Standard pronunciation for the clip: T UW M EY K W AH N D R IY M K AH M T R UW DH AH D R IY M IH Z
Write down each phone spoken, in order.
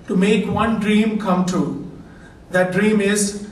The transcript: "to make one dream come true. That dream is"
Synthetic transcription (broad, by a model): T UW M EY K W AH N D R IY M K AH M T UW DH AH D R IY M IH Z